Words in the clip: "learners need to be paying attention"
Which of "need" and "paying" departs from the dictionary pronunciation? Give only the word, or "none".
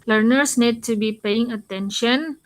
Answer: none